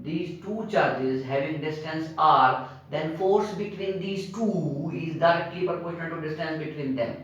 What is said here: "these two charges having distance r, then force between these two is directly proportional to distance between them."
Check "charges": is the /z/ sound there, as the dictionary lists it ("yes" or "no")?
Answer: yes